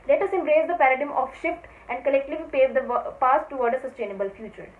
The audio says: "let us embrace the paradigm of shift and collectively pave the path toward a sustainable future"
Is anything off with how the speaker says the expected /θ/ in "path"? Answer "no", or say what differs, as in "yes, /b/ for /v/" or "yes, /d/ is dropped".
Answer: yes, /s/ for /θ/